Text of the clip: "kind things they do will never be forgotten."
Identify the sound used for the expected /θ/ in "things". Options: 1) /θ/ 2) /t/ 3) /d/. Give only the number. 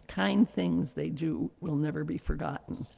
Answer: 1